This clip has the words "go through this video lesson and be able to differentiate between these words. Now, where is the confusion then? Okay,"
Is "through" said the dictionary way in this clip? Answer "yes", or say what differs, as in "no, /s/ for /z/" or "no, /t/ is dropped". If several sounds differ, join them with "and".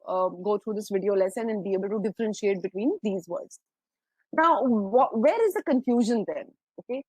no, /t/ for /θ/